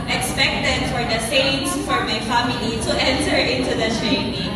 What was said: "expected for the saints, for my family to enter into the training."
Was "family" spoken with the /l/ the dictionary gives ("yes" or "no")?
no